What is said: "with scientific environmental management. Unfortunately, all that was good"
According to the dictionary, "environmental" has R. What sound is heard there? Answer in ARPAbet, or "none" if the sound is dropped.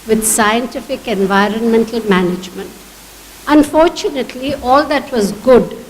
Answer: R